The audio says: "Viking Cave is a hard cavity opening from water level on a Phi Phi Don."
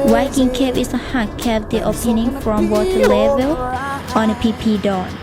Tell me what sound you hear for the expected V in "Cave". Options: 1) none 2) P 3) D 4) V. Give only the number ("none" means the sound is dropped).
2